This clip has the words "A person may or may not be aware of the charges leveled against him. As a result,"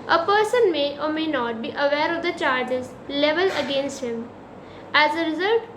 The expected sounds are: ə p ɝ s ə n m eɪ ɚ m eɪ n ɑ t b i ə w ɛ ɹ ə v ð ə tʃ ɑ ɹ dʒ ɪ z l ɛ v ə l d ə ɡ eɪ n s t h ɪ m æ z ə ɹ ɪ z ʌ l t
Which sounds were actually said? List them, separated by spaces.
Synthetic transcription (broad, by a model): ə p ɝ s ə n m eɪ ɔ m eɪ n ɑ t b i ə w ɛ ɹ ə v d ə tʃ ɑ ɹ dʒ ɪ z l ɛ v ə l ə ɡ eɪ n s t h ɪ m æ z ə ɹ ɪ z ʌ l t